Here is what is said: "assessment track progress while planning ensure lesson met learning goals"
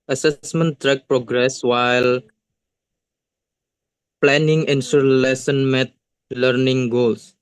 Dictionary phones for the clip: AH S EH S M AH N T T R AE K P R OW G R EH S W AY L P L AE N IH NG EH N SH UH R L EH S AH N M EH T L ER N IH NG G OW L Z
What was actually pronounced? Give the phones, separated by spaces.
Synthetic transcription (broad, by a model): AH S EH S M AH N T T R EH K P R OW G R EH S W AY L P L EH N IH NG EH N S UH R L EH S AH N M EH T L ER N IH NG G OW L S